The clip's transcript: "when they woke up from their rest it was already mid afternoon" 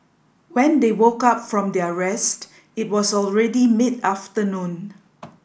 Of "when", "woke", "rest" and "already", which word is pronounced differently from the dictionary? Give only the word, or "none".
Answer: none